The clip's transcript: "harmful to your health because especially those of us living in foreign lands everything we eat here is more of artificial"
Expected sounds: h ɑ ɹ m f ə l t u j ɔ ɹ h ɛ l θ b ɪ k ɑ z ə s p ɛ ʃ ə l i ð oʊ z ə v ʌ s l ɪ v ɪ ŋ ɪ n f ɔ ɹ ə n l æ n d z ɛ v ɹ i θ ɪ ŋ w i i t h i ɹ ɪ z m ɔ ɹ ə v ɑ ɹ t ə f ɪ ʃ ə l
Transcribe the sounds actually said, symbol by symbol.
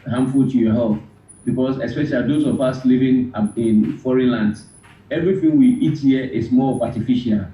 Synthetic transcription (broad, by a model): h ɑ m f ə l t u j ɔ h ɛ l f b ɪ k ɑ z ə s p ɛ ʃ ə l i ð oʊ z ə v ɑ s l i v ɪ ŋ ɪ n f ɔ ɹ ə n l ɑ n d ɛ v ɹ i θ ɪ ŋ w i i t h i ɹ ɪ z m ɔ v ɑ t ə f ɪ ʃ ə l